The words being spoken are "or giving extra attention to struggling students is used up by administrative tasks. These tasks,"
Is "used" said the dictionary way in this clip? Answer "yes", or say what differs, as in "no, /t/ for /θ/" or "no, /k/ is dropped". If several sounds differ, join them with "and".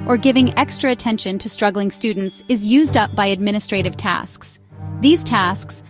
yes